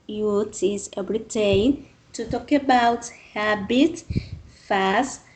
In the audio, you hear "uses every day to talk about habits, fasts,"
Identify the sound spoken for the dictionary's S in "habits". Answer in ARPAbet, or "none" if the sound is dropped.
none